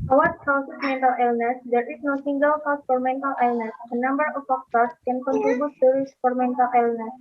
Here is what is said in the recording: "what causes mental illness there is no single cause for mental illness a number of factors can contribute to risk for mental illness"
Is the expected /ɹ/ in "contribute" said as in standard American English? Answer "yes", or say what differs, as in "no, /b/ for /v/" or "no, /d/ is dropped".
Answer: no, /ɹ/ is dropped